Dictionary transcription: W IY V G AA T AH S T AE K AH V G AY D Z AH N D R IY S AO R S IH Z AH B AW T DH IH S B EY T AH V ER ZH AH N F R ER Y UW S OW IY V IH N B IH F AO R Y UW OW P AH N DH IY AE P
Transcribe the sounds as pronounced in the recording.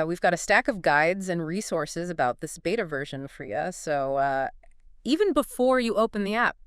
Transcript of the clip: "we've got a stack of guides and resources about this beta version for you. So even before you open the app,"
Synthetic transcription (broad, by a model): W IY V G AA T AH S T AE K AH V G AY D Z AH N R IY S AO R S IH Z AH B AW T DH IH S B EY T AH V ER ZH AH N F R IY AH S OW IY V IH N B IH F AO R Y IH OW P AH N DH IY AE P